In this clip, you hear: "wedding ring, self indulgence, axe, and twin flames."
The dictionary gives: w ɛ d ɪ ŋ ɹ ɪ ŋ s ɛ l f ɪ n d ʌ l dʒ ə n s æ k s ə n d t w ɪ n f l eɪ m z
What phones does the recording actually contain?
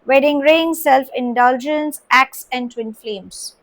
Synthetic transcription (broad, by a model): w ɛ d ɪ ŋ ɹ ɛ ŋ s ɛ l f ɪ n d ʌ l dʒ ə n s æ k s ə n d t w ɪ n f l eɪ m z